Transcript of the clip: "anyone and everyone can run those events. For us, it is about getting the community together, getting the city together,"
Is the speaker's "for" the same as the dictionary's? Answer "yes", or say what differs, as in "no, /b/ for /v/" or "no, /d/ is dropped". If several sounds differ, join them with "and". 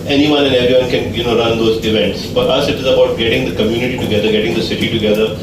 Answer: yes